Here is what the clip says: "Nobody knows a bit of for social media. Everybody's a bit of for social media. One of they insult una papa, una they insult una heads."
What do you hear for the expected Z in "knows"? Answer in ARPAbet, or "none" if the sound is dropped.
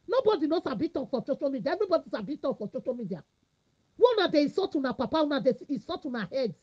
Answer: S